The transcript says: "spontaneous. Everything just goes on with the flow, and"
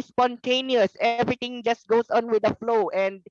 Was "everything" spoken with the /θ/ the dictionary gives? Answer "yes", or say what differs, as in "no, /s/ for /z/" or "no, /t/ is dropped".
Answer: no, /t/ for /θ/